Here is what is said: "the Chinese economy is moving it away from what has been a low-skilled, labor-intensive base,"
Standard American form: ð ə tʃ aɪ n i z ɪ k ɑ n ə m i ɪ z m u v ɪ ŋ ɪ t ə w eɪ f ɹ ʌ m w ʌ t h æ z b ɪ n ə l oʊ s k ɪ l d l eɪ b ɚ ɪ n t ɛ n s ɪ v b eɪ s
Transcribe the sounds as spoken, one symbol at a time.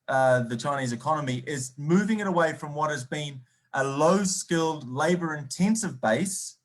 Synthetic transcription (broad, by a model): ð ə tʃ aɪ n i z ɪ k ɑ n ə m i ɪ z m u v ɪ ŋ ɪ t ə w eɪ f ɹ ʌ m w ʌ t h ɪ z b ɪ n ə l oʊ s k ɪ l d l eɪ b ɚ ɪ n t ɛ n s ɪ v b eɪ s